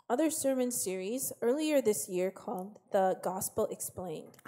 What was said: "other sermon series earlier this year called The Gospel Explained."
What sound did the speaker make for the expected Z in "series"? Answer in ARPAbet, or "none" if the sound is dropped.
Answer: Z